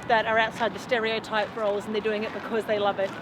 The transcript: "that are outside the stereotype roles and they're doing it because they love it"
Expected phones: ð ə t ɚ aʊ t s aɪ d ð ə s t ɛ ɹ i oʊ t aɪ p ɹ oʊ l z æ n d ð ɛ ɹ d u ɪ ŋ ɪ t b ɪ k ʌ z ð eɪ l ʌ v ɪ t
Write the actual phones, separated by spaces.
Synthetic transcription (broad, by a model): ð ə t ɚ aʊ t s aɪ d ð ə s t ɛ ɹ i oʊ t aɪ p ɹ oʊ l z n ð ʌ ɹ d u ɪ ŋ ɪ t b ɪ k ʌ z ð eɪ l ʌ v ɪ t